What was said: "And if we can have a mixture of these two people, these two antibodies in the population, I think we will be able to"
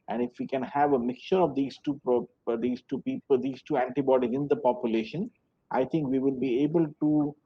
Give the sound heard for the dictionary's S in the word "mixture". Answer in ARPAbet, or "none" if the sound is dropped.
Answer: none